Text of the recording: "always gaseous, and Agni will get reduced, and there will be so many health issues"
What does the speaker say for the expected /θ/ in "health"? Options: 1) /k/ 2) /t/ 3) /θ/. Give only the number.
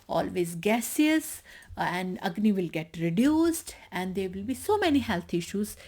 2